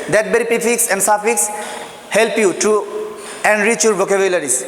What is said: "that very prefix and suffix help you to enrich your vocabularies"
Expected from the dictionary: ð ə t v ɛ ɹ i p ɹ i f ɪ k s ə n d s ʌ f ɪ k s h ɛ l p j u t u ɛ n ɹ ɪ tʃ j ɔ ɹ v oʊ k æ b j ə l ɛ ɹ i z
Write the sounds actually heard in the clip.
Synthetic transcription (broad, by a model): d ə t b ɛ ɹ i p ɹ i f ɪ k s ə n d s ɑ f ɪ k s h ɛ l p j u t u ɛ n ɹ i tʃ j ɔ ɹ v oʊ k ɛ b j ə l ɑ ɹ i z